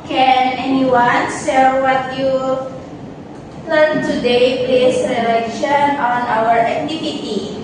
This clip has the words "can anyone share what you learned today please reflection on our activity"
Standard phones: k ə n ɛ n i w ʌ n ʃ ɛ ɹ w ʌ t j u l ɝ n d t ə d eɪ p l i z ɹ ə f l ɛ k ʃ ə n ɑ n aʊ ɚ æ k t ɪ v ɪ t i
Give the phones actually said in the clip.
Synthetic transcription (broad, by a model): k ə n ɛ n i w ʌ n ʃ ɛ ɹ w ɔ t j u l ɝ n t ə d eɪ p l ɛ s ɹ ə l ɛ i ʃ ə n ɑ n aʊ ɚ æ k t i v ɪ t i